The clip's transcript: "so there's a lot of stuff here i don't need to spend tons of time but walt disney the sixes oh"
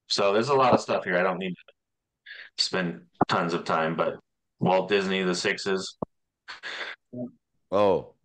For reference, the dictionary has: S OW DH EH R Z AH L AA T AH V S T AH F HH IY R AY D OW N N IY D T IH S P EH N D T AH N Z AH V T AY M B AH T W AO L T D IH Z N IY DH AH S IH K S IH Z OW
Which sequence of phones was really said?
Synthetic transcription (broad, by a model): S OW DH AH R Z AH L AA T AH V S T AH F HH IY R AY D OW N N IY D T IH S P EH N T AH N Z AH V T AY M B AH T W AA L D IH Z N IY DH AH S IH K S IH Z OW